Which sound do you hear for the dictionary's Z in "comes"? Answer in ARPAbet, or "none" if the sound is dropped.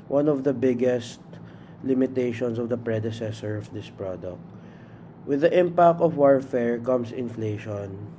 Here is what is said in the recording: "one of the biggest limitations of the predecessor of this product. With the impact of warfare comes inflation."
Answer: S